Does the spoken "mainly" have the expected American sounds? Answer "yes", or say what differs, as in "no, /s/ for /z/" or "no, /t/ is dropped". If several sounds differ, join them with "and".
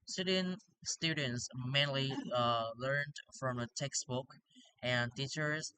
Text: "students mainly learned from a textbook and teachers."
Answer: yes